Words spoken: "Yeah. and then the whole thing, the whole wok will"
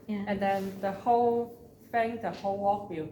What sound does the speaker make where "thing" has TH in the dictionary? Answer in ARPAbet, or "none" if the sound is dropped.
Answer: F